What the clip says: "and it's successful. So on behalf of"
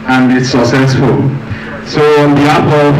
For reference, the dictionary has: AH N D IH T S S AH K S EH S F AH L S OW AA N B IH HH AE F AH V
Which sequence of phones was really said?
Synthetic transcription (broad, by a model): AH N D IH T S S AH K S EH S F AH L S OW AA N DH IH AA P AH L